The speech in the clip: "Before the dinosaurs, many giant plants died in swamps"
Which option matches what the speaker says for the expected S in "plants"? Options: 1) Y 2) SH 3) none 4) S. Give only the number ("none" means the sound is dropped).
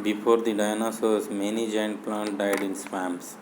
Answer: 3